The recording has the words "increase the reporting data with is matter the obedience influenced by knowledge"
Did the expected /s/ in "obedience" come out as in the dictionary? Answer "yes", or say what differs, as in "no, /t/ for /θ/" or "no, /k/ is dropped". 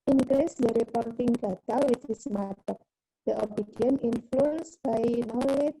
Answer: no, /s/ is dropped